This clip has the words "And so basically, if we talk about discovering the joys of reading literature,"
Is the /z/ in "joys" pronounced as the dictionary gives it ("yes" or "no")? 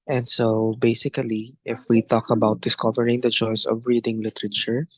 no